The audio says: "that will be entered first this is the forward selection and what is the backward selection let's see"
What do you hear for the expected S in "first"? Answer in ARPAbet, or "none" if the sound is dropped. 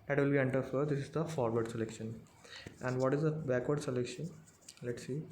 none